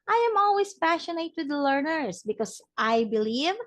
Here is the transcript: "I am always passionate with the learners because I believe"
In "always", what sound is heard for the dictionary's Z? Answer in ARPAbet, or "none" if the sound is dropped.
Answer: S